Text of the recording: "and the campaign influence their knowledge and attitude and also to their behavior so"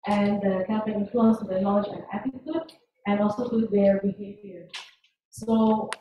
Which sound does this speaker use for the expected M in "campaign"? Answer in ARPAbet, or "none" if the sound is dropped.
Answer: none